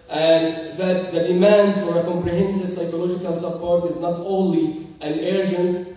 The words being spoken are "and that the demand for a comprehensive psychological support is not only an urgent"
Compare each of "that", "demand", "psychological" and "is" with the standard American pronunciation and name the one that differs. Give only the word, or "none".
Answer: none